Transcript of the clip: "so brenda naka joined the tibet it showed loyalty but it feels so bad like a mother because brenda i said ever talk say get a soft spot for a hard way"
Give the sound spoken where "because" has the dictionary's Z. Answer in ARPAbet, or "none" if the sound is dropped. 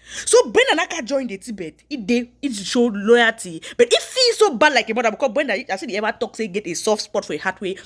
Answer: none